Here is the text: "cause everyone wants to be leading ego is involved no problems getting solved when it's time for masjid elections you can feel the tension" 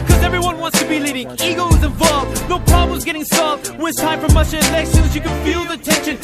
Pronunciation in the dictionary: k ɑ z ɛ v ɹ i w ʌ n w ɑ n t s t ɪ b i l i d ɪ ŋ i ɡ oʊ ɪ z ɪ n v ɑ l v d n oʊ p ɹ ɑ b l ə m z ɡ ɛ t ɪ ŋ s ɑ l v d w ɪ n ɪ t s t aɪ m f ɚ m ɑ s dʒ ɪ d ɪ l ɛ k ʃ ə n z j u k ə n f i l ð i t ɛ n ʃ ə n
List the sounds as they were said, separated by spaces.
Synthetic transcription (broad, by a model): k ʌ z ɛ v ɹ i w ʌ n w ɑ n t s t ɪ b i l i d ɪ ŋ i ɡ oʊ ɪ z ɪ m v ɑ l v d n oʊ p ɹ ɑ b l ə m z ɡ ɛ t ɪ ŋ s ɑ l v d w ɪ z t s t aɪ m f ɚ m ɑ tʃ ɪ ɪ l ɛ k ʃ ə n z j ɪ k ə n f i l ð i t ɛ n ʃ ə n